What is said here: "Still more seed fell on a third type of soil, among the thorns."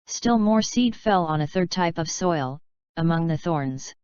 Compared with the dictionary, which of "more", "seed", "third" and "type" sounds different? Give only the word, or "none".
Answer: none